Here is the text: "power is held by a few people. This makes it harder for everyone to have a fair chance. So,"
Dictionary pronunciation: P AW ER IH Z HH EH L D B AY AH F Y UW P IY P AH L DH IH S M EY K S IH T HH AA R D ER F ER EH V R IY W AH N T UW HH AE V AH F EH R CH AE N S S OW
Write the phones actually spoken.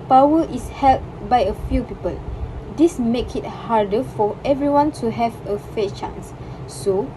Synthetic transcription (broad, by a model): P AW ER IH S HH EH L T B AY AH F Y UW P IY P AH L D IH S M EY K IH T HH AA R D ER F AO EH V R IY W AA N T UW HH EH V AH F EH CH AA N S S OW